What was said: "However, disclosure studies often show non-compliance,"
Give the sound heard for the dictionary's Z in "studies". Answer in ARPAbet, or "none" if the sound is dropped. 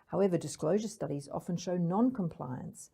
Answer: Z